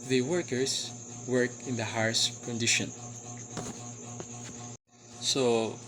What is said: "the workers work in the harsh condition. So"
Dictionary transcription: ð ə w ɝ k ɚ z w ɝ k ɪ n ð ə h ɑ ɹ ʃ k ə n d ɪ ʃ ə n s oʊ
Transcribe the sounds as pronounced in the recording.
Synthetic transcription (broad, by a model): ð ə w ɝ k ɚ s w ɝ k ɪ n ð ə h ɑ ɹ s k ə n d ɪ ʃ ə n s oʊ